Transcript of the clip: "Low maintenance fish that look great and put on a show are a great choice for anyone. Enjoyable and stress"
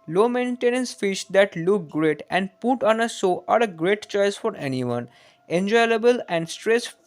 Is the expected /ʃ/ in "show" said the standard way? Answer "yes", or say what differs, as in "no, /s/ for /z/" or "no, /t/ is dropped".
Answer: no, /s/ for /ʃ/